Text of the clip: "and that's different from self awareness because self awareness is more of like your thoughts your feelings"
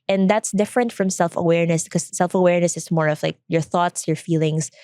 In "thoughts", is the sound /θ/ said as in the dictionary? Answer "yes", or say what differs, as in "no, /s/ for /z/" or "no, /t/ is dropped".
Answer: yes